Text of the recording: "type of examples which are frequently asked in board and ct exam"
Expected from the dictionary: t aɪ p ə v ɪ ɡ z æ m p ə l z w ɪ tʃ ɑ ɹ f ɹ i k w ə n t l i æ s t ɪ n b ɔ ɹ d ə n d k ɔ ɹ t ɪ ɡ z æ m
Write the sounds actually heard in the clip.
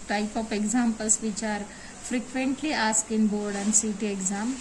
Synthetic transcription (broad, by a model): t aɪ p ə p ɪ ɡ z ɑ m p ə l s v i tʃ ɑ ɹ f ɹ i k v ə n t l i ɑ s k ɪ n b ɔ ɹ d ə n d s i t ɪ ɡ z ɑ m